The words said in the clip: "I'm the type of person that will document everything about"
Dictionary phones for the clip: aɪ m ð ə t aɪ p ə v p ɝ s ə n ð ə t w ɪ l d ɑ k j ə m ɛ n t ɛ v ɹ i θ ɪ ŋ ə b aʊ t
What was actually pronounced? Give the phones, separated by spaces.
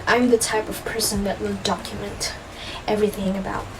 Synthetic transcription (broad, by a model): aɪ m ð ə t aɪ p ə v p ɝ s ə n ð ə t w ɪ l d ɑ k j ə m ɛ n t ɛ v ɹ i θ ɪ ŋ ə b aʊ t